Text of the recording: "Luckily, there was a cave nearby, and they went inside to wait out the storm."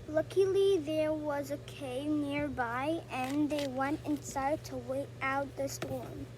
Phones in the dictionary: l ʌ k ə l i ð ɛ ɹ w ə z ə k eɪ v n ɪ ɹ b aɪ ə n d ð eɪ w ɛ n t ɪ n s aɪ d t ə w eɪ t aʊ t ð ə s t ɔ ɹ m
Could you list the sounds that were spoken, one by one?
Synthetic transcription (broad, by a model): l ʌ k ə l i ð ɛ ɹ w ə z ə k eɪ n ɪ ɹ b aɪ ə n ð eɪ w ɛ n t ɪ n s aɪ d t ə w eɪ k aʊ t ð ə s t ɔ ɹ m